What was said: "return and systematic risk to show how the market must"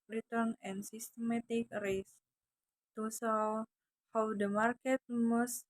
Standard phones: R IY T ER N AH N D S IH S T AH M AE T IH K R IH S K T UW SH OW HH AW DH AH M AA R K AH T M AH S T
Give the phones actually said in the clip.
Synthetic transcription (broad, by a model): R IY T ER N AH N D S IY S T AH M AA T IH K R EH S T UW S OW HH AW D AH M AA R K AH T M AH S